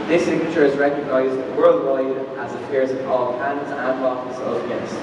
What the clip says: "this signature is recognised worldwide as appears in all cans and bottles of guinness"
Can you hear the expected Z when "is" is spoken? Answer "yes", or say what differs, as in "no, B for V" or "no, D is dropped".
yes